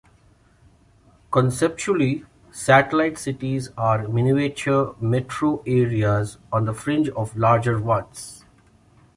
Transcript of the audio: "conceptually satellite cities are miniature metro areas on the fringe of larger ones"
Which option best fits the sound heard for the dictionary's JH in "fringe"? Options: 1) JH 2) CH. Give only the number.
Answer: 1